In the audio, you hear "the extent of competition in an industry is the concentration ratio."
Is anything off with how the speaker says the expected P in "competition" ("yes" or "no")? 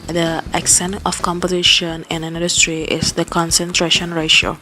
no